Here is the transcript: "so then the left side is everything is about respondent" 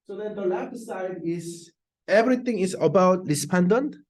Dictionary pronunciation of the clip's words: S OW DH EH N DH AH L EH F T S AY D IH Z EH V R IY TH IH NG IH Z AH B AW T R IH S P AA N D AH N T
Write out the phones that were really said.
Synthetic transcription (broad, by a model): S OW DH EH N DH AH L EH T S AY D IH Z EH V R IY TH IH NG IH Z AH B AW T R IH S P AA N D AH N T